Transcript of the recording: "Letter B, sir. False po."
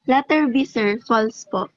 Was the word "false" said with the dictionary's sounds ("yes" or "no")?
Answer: yes